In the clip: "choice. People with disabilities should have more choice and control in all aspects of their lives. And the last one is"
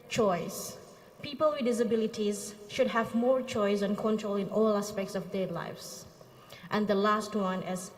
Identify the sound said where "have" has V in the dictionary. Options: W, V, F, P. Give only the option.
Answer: V